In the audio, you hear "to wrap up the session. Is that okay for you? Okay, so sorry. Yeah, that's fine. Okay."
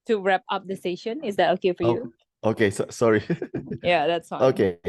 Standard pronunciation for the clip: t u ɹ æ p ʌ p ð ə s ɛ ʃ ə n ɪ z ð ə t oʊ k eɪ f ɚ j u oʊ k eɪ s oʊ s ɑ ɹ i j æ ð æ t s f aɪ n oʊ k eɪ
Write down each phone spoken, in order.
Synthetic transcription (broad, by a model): t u ɹ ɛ p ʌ p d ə s ɛ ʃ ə n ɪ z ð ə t oʊ k eɪ f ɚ j u oʊ k eɪ s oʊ s ɑ ɹ i j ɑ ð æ t s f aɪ oʊ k eɪ